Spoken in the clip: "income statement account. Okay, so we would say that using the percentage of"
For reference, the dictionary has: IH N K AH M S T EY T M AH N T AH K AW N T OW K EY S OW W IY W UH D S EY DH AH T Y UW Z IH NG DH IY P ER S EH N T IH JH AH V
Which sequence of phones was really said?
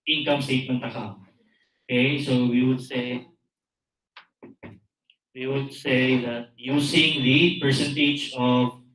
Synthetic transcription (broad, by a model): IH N K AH M S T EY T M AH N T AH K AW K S OW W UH S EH W IY W UH D S EY DH AH T Y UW S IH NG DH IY P ER S EH N T IH JH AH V